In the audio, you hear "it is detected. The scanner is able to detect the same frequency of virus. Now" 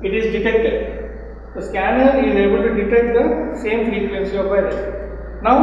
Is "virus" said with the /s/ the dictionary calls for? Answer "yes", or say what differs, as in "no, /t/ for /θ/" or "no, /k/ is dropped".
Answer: no, /s/ is dropped